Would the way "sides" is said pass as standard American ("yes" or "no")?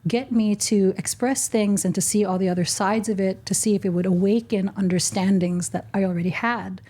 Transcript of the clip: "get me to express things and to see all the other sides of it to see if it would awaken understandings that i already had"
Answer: yes